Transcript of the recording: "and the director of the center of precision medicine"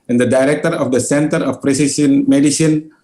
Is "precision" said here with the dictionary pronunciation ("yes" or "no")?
no